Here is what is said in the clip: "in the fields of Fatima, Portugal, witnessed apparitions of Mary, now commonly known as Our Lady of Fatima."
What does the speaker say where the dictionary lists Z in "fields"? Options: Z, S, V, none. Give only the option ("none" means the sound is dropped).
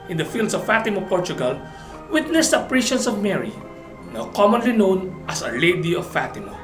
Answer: S